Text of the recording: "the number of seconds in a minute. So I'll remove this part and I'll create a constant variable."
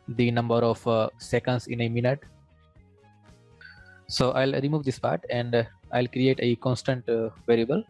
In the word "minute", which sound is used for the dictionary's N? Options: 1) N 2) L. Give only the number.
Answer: 1